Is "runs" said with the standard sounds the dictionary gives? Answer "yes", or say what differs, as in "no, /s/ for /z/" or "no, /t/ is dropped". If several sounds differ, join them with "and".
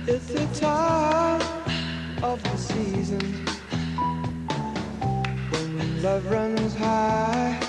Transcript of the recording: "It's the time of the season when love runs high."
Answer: yes